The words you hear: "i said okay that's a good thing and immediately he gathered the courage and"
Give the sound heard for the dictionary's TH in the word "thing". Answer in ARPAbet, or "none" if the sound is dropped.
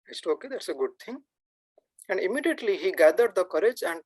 T